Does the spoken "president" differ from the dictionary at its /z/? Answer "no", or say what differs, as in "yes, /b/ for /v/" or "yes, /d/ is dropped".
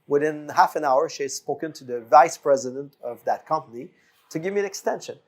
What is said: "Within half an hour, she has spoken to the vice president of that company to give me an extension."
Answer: no